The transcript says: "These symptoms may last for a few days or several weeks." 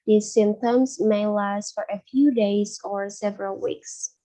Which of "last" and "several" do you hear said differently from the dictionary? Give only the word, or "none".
none